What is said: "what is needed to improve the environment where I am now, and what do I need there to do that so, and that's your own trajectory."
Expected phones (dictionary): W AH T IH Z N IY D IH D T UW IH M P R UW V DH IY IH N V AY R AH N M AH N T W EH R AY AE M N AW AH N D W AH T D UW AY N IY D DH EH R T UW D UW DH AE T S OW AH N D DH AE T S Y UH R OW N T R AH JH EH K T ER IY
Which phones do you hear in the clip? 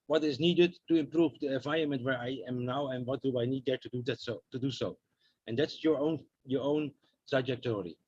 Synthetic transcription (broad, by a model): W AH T IH Z N IY D IH D T UW IH M P R UW V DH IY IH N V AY AH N M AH N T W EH R AY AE M N AW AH N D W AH T D UW AY N IY D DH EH R T UW D UW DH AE T S OW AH N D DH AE T S Y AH R OW N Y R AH JH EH K T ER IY